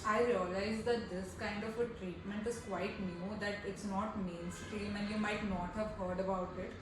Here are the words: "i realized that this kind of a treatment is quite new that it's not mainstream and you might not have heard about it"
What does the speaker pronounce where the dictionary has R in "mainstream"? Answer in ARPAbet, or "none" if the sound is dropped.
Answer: none